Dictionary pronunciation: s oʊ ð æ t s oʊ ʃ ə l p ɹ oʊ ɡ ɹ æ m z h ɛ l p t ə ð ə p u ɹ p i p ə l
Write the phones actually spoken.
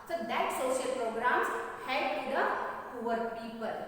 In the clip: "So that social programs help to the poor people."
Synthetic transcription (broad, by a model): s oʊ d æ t s oʊ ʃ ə l p ɹ oʊ ɡ ɹ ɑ m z h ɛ p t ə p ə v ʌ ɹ p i p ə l